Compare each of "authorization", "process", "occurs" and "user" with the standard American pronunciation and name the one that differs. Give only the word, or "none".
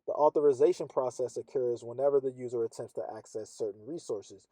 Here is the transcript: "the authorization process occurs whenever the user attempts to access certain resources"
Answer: none